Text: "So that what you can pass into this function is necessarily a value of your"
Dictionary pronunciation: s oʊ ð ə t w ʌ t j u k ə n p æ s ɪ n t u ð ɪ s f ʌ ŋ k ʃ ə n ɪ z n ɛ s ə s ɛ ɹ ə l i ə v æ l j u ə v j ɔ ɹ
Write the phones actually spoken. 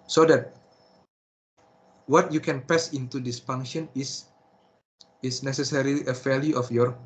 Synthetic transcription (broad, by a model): s oʊ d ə t w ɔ t j u k ə n p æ s ɪ n t u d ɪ s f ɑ ŋ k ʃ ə n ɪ s n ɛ s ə s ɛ ɹ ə l i ə f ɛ l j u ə f j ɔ ɹ